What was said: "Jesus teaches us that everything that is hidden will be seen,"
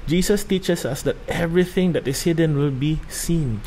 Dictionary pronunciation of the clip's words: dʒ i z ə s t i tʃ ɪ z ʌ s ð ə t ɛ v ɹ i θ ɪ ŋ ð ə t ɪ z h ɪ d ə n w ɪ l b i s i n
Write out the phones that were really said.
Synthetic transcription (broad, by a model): dʒ i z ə s t i tʃ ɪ s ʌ s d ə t ɛ v ɹ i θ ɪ ŋ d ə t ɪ s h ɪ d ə n w ɪ l b i s i n